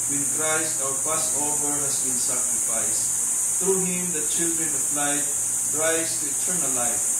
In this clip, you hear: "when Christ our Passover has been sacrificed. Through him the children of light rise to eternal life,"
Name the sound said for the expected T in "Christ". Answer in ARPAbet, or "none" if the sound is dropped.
T